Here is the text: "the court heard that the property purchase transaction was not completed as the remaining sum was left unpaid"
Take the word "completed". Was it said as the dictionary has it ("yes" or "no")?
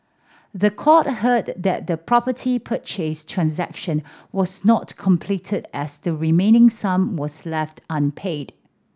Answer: yes